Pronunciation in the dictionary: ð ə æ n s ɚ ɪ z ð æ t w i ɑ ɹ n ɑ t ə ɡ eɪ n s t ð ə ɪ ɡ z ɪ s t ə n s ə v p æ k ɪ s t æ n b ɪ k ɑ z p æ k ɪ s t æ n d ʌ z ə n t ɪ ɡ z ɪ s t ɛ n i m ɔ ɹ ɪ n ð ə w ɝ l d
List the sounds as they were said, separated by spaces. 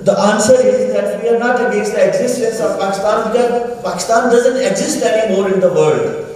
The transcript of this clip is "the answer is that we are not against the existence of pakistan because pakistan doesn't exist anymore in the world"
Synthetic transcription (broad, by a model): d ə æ n s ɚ ɪ z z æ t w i ɑ ɹ n ɑ t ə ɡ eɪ s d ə ɪ ɡ z ɪ s t ə n s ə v p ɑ k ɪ s t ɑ n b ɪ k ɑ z p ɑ k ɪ s t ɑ n d ʌ z ə n t ɪ ɡ z ɪ s t ɛ n i m ɔ ɹ ɪ n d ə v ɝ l d